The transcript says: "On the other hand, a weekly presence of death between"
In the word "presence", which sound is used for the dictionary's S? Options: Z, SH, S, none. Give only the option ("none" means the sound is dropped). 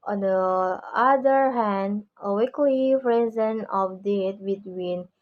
none